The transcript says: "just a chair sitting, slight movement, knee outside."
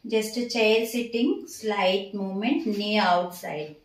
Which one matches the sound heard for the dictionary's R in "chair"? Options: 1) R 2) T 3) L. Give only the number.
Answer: 3